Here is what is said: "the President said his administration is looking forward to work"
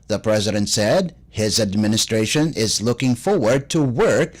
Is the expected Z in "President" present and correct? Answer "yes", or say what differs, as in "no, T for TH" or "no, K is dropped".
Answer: yes